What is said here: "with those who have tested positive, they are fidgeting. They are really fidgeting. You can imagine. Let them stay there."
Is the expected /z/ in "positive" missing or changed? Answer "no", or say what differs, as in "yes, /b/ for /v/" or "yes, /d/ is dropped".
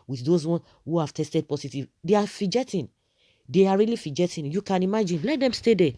yes, /s/ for /z/